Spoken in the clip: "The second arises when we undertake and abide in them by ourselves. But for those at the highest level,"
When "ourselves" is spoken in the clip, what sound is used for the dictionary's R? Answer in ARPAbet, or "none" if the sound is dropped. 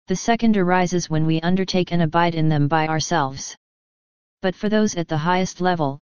R